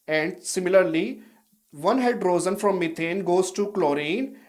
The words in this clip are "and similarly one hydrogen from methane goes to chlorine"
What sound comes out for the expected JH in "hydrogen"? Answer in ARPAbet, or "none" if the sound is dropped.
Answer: Z